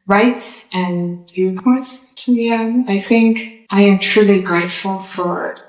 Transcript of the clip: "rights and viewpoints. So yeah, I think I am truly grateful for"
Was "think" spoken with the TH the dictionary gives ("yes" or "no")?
yes